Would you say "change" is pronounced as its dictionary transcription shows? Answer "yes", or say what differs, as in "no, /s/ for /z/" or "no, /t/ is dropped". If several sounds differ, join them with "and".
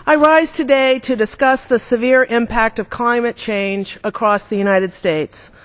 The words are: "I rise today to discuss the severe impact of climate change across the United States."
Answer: yes